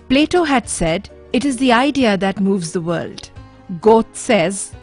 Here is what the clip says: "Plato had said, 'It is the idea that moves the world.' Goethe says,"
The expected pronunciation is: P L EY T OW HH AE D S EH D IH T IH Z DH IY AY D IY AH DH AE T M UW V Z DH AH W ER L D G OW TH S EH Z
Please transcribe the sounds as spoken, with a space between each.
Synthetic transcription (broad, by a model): P L EY T OW HH AE D S EH D IH T IH Z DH IY AY D IY AH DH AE T M UW V Z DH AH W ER L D G OW T S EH Z